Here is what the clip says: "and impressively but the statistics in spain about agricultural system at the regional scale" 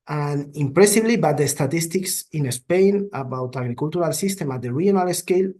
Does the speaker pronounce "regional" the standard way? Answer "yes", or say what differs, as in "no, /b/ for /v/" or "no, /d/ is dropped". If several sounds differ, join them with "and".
no, /dʒ/ is dropped